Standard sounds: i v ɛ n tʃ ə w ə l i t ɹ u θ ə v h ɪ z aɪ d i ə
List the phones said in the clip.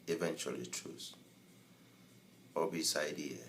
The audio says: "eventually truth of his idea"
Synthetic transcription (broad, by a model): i v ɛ n tʃ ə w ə l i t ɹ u s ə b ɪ s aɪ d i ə